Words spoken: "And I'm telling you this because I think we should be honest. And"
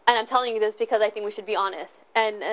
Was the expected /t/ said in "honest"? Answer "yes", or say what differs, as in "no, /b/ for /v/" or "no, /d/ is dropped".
yes